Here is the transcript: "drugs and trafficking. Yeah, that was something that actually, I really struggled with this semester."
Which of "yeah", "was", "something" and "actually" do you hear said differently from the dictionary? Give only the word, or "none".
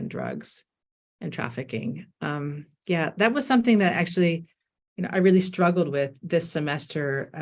actually